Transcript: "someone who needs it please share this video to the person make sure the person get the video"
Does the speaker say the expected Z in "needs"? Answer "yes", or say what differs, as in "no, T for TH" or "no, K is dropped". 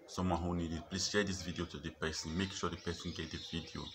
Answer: no, Z is dropped